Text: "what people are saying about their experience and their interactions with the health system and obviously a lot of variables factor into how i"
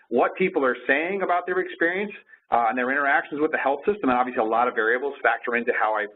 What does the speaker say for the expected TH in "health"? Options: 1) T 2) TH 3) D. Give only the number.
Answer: 2